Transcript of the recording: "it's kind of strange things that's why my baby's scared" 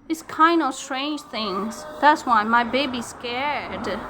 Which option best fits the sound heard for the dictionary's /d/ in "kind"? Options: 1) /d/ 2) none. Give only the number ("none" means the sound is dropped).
1